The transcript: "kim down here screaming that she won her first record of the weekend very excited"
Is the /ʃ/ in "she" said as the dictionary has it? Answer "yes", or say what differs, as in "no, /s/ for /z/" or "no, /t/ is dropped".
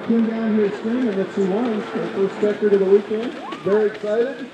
no, /s/ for /ʃ/